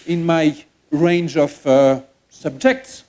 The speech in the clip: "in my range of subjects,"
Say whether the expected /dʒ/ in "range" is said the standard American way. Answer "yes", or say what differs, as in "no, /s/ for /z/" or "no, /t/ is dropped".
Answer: yes